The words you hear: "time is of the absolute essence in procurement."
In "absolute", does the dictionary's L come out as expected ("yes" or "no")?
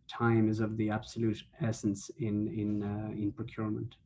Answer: yes